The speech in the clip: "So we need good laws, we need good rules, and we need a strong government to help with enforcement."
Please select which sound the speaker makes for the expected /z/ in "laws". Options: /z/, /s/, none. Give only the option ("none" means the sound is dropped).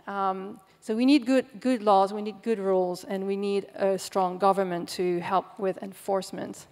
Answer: /z/